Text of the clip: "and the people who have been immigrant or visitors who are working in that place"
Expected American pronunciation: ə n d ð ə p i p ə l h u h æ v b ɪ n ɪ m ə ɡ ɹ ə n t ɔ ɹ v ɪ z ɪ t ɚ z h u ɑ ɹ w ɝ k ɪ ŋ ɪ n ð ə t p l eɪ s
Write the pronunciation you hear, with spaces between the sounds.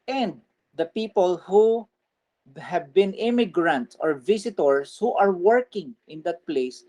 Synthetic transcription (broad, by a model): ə n d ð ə p i p ə l h u h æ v b ɪ n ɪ m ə ɡ ɹ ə n t ɔ ɹ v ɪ s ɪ t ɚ s h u ɑ ɹ w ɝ k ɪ ŋ ɪ n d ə t p l eɪ s